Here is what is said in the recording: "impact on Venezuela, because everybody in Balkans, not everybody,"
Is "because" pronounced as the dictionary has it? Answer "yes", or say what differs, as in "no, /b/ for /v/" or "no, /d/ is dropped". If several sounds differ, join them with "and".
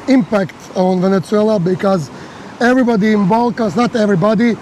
yes